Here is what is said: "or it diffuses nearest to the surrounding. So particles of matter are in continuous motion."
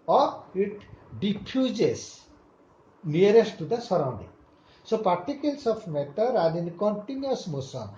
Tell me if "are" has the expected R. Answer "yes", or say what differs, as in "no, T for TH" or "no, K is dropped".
no, L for R